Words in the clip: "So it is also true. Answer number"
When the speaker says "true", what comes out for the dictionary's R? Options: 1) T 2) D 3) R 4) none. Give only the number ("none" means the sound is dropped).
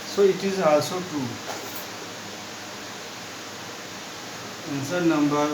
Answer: 4